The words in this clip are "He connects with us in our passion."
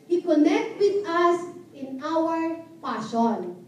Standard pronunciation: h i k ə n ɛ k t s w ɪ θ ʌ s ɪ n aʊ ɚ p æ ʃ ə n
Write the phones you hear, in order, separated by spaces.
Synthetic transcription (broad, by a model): h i k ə n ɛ k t w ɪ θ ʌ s ɪ n aʊ ɚ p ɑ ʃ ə n